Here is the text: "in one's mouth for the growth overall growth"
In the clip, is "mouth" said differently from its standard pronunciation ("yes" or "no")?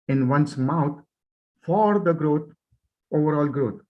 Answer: yes